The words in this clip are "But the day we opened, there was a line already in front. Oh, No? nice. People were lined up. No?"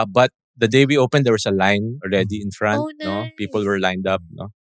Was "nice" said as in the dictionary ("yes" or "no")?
no